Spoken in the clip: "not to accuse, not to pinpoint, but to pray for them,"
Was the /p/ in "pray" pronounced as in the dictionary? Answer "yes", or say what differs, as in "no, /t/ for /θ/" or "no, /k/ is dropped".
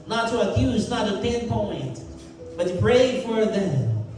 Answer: yes